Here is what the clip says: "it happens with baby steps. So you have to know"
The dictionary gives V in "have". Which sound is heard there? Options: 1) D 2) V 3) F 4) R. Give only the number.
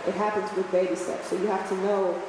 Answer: 3